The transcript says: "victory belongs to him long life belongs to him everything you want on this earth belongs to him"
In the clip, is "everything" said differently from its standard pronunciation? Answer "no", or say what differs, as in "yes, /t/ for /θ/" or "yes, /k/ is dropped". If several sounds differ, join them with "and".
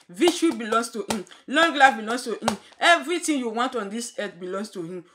yes, /t/ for /θ/